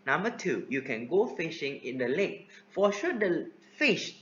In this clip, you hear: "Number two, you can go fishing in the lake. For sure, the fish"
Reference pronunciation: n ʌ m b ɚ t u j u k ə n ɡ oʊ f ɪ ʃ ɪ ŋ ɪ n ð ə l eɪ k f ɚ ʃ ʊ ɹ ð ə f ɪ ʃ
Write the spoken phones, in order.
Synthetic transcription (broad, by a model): n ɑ m b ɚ t u j u k ə n ɡ oʊ f ɪ ʃ ɪ ŋ ɪ n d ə l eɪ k f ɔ ʃ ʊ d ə f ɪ ʃ